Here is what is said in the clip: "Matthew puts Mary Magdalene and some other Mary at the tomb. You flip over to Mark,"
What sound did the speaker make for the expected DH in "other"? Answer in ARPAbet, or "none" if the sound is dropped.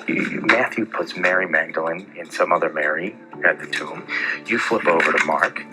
DH